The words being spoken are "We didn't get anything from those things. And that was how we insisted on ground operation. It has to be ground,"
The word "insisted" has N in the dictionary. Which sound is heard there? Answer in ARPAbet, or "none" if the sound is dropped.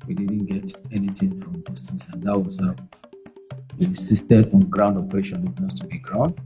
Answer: none